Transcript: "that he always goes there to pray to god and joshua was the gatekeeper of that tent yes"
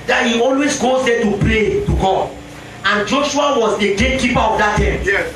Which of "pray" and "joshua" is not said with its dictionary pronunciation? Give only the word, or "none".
pray